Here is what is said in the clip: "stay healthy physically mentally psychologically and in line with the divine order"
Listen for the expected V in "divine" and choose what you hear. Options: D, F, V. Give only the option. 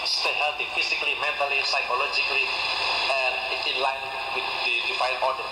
F